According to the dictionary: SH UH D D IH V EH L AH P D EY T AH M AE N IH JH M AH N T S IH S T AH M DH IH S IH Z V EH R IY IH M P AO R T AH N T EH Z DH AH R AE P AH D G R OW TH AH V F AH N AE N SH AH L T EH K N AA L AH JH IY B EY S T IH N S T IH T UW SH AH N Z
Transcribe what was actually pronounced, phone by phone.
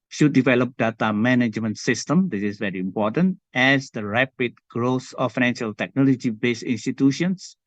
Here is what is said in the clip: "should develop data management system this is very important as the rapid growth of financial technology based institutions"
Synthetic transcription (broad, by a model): SH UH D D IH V EH L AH P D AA T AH M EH N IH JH M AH N T S IH S T AH M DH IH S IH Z V EH R IY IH M P AO T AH N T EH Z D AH R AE P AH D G R OW S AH F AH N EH N SH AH L T EH K N AA L AH JH IY B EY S IH N S T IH T UW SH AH N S